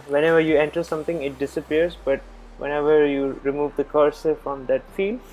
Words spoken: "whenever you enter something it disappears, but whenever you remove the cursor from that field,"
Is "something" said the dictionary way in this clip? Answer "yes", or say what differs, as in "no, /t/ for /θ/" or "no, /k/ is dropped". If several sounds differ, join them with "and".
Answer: no, /t/ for /θ/